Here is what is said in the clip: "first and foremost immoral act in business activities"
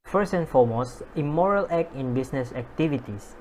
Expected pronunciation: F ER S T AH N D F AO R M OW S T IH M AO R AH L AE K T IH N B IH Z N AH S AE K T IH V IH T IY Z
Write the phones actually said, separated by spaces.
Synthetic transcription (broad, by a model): F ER S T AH N F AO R M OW S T IH M AO R AH L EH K IH N B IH S N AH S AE K T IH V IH T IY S